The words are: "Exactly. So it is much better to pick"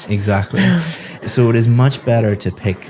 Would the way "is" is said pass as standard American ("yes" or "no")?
yes